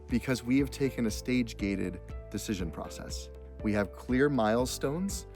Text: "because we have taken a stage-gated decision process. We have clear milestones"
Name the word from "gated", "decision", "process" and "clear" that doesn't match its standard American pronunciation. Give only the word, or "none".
none